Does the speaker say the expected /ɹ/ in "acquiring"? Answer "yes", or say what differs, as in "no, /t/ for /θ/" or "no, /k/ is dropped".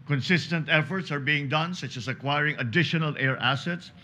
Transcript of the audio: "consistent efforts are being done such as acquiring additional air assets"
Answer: yes